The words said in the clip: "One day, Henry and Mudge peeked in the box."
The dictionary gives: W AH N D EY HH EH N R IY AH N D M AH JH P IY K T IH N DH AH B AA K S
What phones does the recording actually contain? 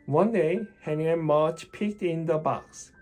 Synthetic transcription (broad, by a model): W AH N D EY HH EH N IY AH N M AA CH P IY K T IH N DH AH B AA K S